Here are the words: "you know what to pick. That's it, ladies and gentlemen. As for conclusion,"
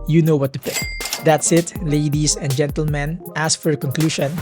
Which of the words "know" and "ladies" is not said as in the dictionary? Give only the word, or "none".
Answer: ladies